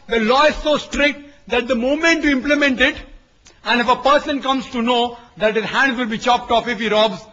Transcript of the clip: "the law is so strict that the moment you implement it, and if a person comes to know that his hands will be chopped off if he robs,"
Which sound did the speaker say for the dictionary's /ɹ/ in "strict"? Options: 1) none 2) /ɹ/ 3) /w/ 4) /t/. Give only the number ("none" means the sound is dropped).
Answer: 2